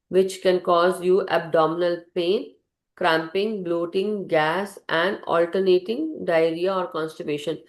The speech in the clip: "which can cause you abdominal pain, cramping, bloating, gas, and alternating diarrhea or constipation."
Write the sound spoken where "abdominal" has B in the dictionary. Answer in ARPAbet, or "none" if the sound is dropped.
B